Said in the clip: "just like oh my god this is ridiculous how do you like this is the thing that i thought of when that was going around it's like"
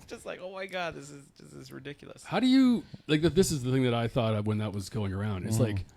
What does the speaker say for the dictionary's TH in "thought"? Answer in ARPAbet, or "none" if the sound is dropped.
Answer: TH